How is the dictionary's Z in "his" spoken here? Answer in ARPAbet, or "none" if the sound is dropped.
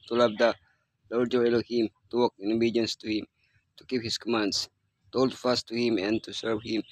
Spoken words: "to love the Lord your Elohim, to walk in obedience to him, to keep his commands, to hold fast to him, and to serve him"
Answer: S